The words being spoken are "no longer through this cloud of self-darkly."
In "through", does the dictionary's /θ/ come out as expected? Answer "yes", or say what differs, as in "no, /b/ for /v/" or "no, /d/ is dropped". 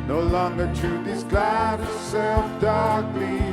no, /t/ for /θ/